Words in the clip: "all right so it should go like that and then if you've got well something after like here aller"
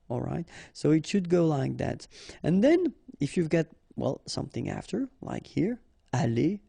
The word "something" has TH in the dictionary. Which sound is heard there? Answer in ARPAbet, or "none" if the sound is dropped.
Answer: TH